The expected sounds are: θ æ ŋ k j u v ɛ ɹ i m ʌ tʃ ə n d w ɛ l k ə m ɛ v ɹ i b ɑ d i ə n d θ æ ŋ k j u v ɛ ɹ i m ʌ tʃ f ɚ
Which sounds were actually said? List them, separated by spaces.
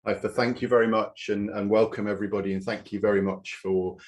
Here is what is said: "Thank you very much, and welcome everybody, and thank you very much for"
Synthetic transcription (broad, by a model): θ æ ŋ k j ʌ v ɛ ɹ i m ʌ tʃ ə n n w ɛ l k ə m ɛ v ɹ i b ɑ d i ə n θ æ ŋ k j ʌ v ɛ ɹ i m ʌ tʃ f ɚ